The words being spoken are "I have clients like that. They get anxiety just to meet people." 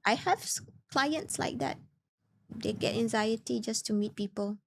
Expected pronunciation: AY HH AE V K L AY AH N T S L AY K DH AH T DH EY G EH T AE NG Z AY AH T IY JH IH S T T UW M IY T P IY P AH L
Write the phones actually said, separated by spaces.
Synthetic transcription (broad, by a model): AY HH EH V K L AY AH N T S L AY K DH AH T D EY G EH T AE NG Z AY AH T IY JH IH S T T UW M IY T P IY P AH L